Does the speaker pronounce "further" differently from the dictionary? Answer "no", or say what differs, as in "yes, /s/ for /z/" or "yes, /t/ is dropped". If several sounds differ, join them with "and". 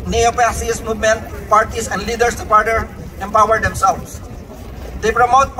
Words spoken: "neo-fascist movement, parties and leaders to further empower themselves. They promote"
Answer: yes, /p/ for /f/